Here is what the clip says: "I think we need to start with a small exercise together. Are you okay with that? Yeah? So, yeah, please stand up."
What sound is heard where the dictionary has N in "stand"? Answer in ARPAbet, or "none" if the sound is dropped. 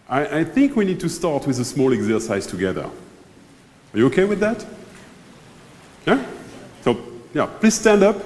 N